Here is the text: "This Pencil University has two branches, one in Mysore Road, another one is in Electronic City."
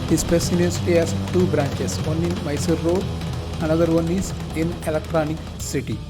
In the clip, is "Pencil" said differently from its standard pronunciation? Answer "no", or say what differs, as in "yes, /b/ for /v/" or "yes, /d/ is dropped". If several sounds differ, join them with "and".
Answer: yes, /n/ is dropped